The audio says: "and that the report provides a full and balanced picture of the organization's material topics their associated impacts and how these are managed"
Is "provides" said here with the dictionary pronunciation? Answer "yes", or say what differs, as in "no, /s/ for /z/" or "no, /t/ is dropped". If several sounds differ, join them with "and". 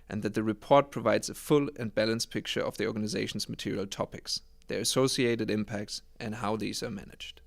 yes